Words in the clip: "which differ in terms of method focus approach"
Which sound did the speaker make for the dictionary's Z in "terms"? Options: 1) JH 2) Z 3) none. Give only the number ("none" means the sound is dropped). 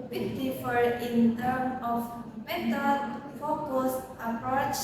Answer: 3